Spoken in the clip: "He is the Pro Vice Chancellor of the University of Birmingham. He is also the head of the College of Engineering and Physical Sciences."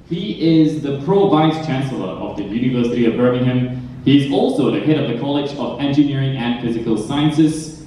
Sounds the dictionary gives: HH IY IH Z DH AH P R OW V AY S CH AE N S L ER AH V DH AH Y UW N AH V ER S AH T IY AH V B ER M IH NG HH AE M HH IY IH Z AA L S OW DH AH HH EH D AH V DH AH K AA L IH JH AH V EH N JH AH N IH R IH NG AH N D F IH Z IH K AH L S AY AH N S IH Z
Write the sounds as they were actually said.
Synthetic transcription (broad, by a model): HH IY IH Z DH AH P R OW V AY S CH AE N S L ER AH V DH AH Y UW N AH V ER S AH T IY AH V B ER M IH NG HH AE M HH IY IH Z AA L S OW DH AH HH EH D AH V DH AH K AA L IH JH AH V EH N JH AH N IH R IH NG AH N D F IH Z IH K AH L S AY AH N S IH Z